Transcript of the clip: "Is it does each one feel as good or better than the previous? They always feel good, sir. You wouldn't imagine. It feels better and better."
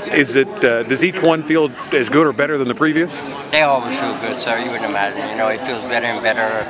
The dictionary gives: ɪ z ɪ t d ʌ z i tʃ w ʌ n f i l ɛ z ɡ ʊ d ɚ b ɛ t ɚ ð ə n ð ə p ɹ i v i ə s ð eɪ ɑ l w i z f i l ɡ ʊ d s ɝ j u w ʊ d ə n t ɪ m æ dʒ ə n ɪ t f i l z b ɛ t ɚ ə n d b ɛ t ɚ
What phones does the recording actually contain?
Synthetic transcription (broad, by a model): ɪ z ɪ t d ʌ z i tʃ w ʌ n f i l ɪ z ɡ ʊ d ɚ b ɛ t ɚ ð ə n ð ə p ɹ i v i ə s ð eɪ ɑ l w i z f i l ɡ ʊ d s ɝ j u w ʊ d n ɪ m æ dʒ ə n ɪ t f i l z b ɛ t ɚ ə n b ɛ t ɚ